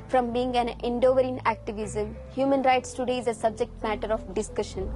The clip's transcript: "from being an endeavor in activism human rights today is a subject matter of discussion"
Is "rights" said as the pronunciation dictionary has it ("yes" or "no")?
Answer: yes